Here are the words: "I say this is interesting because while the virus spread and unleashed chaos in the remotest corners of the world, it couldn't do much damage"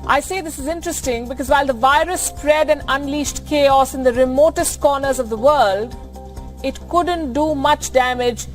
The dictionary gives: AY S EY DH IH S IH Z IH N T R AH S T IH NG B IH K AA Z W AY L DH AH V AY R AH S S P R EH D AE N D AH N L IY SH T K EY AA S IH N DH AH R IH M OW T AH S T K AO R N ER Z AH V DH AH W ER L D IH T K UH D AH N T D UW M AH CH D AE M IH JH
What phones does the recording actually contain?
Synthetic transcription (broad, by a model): AY S EY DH IH S IH Z IH N T R AH S T IH NG B IH K AA Z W AY L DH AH V AY R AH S S P R EH D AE N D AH N L IY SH T K EY AA S IH N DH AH R IH M OW T AH S T K AO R N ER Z AH V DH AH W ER L D IH T K UH D AH N T D UW M AH CH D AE M IH JH